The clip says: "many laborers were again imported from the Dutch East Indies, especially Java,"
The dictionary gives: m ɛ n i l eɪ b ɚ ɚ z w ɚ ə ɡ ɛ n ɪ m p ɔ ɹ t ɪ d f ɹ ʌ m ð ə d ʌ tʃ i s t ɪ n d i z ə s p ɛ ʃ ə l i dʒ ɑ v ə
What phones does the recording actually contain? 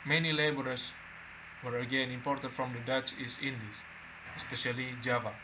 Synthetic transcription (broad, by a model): m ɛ n i l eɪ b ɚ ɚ s w ɚ ə ɡ ɛ n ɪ m p ɔ ɹ t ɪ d f ɹ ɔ m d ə d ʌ tʃ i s ɪ n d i s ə s p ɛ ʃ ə l i dʒ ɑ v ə